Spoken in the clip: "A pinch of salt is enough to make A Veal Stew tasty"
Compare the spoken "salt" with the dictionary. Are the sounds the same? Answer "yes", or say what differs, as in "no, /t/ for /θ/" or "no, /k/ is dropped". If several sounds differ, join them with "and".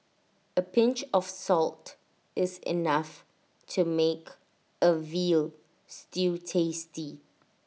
yes